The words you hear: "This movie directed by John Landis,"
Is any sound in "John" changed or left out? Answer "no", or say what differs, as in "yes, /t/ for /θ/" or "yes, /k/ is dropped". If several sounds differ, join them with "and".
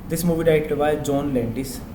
no